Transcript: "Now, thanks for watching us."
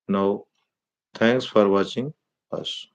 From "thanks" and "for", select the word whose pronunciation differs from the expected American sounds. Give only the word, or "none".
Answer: thanks